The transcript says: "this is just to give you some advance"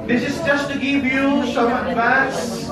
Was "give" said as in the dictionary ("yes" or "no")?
yes